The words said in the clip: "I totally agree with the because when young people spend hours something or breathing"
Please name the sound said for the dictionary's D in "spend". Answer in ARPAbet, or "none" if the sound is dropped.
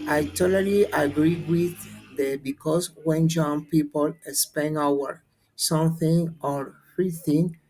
none